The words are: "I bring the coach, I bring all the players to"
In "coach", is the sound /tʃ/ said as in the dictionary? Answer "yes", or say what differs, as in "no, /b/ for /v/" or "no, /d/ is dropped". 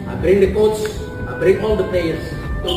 no, /s/ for /tʃ/